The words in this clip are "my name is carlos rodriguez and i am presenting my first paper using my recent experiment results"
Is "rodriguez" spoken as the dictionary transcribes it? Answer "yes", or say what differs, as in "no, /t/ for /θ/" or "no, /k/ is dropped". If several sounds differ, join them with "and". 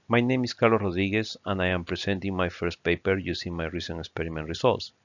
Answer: no, /s/ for /z/